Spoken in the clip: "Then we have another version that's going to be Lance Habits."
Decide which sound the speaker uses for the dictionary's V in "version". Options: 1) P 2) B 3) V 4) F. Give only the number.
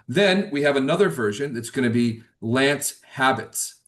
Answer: 3